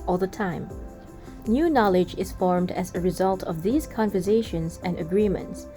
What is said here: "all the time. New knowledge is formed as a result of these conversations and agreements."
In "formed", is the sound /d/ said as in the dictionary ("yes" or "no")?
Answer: yes